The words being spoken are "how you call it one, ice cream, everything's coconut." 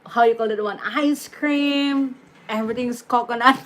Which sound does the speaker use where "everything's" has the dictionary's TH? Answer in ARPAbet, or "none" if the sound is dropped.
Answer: T